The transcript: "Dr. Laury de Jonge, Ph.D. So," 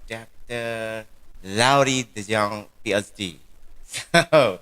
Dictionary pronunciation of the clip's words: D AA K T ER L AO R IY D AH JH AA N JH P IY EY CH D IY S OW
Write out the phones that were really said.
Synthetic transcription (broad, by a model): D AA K T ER L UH R IY D AH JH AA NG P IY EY S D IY S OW